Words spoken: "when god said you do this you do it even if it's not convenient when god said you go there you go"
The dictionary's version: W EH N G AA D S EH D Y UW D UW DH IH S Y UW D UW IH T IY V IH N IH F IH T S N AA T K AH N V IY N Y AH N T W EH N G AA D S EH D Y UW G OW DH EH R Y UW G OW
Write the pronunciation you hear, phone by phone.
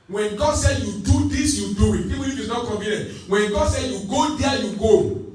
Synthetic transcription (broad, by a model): W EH N G AA D S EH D Y UW D UW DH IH S Y UW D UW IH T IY W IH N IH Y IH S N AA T K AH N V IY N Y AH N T W EH N G AA D S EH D Y UW G OW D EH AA Y UW G OW